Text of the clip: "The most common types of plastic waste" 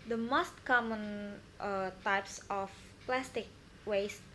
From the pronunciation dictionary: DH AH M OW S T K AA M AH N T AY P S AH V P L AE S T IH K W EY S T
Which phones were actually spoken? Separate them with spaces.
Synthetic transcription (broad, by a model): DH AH M OW S T K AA M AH N T AY P S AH F P L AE S T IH K W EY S